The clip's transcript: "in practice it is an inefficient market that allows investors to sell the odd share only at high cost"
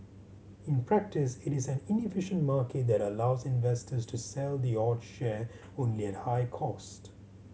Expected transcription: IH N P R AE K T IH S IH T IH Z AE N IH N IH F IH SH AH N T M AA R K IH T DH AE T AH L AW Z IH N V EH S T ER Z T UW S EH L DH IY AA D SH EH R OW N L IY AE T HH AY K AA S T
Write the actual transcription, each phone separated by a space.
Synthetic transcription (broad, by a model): IH N P R AE K T IH S IH T IH Z AE N IH N IH F IH SH AH N T M AA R K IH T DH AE T AH L AW Z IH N V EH S T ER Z T UW S EH L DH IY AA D SH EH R OW N L IY AE T HH AY K AA S T